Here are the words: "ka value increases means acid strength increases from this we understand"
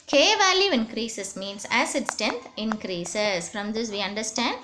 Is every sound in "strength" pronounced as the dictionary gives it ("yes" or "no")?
no